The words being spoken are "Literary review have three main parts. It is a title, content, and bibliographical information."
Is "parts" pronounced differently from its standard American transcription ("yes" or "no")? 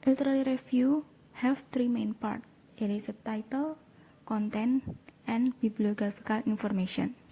yes